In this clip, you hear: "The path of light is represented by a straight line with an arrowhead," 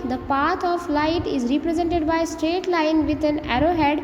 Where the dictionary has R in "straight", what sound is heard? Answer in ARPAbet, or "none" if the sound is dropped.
R